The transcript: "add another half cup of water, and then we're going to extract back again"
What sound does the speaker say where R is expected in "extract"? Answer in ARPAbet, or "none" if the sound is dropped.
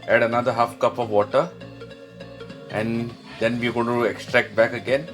R